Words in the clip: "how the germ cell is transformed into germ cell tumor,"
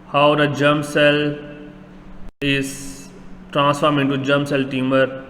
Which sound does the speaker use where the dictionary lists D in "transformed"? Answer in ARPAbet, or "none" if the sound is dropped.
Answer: none